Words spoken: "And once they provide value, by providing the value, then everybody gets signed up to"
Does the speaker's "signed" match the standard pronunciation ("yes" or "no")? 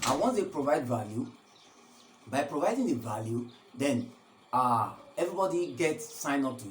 no